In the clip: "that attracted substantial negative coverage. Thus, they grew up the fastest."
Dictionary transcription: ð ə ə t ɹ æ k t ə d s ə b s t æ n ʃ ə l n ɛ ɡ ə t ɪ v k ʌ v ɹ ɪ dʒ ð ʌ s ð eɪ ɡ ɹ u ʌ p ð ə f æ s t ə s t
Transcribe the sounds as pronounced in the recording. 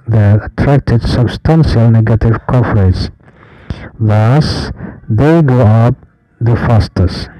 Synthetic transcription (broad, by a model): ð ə ə t ɹ æ k t ə d s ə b s t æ n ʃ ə l n ɛ ɡ ə t ɪ v k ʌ f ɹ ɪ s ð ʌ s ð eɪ ɡ ɔ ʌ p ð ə f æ s t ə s